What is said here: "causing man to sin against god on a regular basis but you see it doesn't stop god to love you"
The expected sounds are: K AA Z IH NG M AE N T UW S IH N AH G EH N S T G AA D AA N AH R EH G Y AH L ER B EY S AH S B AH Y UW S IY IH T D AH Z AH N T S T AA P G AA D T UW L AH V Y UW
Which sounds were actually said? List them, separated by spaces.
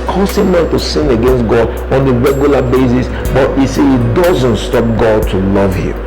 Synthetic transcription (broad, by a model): K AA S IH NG M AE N T UW S IH N AH G EH N S T G AA D AA N AH R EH G Y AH L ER B EY S AH S B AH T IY S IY IH T D AH Z AH N T S T AA P G AA D T UW L AH V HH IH